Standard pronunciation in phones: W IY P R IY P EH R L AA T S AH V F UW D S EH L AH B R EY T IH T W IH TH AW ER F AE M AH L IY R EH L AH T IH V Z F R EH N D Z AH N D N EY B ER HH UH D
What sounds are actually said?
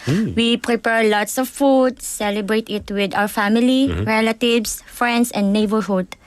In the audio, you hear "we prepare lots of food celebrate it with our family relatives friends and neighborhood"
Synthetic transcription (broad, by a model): W IY P R IY P EH R L AA T S AH V F UW D S EH L AH B R EY T IH T W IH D AW ER F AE M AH L IY R EH L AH T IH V S F R EH N D S AH N D N EY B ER HH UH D